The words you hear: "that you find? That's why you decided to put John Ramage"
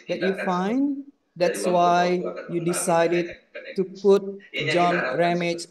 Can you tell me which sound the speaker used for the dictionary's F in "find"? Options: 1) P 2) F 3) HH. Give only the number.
2